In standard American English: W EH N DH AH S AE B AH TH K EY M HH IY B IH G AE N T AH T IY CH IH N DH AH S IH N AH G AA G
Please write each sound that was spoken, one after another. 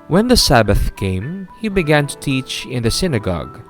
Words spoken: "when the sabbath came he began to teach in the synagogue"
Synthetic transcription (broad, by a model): W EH N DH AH S AE B AH TH K EY M HH IY B IH G AE N T AH T IY CH IH N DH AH S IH N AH G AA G